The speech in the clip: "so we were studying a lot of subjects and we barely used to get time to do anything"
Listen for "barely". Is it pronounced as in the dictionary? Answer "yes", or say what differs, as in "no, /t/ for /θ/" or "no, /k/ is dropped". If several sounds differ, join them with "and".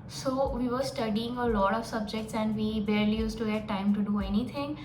yes